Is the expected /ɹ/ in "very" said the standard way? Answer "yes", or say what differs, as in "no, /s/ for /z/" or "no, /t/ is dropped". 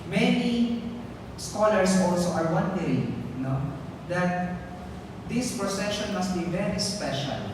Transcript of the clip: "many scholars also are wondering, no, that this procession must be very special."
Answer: yes